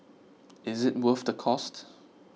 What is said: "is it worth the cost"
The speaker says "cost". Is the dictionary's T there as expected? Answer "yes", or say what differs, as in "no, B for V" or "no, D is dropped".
yes